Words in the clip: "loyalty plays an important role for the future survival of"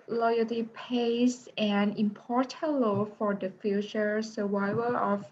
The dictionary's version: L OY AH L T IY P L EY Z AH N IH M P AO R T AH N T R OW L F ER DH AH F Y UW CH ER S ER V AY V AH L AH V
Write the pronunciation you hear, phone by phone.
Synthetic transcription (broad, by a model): L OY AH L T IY P EY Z AH N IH M P AO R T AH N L OW F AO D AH F Y UW CH ER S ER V AY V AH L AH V